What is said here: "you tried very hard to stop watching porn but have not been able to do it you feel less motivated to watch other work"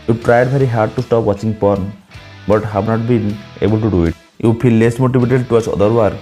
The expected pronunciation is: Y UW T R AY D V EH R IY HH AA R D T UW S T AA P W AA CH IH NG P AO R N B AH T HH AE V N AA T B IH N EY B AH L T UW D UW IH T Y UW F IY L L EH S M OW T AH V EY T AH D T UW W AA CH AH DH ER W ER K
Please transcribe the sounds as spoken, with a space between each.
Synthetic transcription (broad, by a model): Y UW T R AY D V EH R IY HH AA R D T UW S T AA P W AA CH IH NG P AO N B AH T HH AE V N AA T B IH N EY B AH L T UW D UW IH T Y UW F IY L L EH S M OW T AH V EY T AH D T UW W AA S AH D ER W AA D